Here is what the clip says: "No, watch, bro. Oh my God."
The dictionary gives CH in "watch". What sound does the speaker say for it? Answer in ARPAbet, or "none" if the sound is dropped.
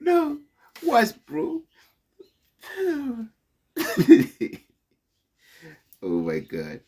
S